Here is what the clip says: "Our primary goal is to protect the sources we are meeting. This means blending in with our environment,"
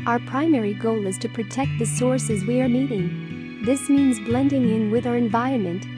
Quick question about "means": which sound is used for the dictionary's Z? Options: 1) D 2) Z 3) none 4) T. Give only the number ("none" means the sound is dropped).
2